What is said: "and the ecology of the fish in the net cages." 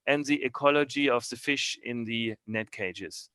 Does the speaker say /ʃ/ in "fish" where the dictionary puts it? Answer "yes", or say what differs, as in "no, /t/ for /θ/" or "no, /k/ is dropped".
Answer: yes